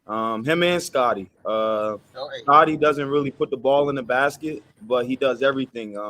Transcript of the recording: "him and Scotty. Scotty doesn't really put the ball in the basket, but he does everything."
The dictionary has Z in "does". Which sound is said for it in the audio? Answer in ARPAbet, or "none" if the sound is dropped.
Z